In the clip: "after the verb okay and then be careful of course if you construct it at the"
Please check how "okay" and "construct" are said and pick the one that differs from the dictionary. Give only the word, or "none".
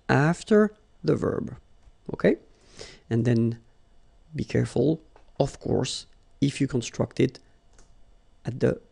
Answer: none